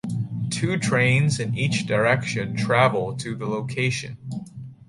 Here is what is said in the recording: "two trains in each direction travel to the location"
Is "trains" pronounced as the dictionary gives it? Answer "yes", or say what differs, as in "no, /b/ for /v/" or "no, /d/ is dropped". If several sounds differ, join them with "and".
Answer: yes